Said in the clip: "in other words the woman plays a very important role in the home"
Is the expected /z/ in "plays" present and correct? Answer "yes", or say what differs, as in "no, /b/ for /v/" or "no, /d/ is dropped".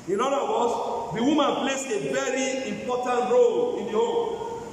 no, /s/ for /z/